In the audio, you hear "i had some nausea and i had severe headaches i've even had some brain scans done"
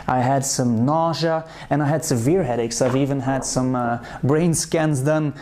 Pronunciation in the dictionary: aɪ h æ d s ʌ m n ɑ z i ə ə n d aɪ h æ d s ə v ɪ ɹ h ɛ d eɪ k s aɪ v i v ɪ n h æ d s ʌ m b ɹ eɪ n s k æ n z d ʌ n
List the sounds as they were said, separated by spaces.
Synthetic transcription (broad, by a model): aɪ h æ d s ʌ m n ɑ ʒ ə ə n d aɪ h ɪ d s ə v ɪ ɹ h ɛ d eɪ k s aɪ v i v ɪ n h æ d s ʌ m b ɹ eɪ n s k æ n z d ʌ n